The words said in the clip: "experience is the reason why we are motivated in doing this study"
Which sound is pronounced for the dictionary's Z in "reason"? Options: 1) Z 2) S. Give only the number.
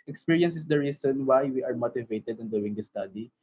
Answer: 2